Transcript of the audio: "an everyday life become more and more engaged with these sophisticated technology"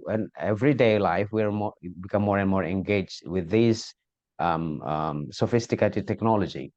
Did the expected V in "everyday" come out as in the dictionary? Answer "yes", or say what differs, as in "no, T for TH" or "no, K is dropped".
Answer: yes